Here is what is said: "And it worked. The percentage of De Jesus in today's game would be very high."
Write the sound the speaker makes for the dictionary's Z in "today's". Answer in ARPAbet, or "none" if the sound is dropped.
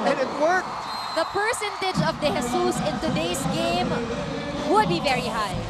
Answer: S